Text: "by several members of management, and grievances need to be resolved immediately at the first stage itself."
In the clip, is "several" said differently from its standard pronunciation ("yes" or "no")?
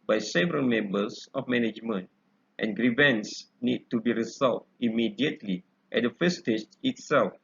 no